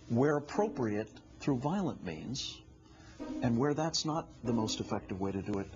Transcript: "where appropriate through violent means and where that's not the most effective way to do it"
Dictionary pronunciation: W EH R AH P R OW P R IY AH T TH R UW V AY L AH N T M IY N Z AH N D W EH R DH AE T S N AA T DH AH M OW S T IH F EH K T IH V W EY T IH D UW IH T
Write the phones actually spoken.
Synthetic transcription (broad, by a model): W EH R AH P R OW P R IY AH T TH R UW V AY L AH N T M IY N Z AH N W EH R DH AE T S N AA T DH AH M OW S T IH F EH K T IH V W EY T IH D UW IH T